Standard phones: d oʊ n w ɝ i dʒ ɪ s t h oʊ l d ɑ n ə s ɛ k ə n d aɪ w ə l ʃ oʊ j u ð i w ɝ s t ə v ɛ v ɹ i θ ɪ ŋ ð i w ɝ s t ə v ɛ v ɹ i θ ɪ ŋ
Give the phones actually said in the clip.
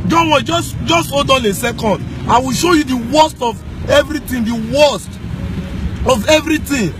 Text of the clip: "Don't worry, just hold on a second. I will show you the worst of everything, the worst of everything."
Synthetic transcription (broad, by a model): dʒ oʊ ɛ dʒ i dʒ ɪ s t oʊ d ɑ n ə s ɛ k ə n d aɪ w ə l ʃ oʊ j u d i w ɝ s t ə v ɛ v ɹ i t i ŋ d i w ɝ s t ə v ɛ v ɹ i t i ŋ